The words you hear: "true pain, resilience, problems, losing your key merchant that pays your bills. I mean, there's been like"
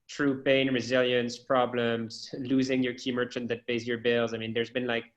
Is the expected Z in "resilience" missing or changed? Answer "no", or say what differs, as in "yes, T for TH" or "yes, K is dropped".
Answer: no